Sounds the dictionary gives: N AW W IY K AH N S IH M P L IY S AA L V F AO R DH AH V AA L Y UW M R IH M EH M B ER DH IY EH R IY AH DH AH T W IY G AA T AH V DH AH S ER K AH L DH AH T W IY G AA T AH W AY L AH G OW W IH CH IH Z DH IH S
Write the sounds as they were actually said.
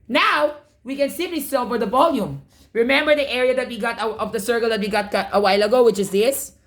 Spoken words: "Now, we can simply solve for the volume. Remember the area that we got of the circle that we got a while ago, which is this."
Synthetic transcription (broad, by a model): N AW W IY K AH N S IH P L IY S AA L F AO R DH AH V AA L Y UW M R IH M EH M B ER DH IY EH R IY AH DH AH T W IY G AA T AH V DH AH S ER K AH L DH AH T W IY G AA T AH W AY L AH G OW W IH CH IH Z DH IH S